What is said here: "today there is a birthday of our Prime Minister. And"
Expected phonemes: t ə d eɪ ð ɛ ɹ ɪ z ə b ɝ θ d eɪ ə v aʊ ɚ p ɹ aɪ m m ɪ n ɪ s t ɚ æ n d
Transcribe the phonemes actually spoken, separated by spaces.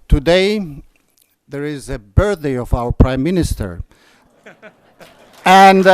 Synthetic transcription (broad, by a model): t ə d eɪ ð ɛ ɹ ɪ z ə b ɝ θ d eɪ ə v aʊ ɚ p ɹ aɪ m m ɪ n ɪ s t ɚ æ n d